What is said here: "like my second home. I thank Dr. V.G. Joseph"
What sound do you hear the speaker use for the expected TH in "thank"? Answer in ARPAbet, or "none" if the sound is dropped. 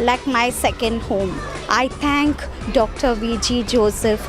T